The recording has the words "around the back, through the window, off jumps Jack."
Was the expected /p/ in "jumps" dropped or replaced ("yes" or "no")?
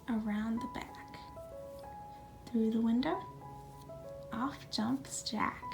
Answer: no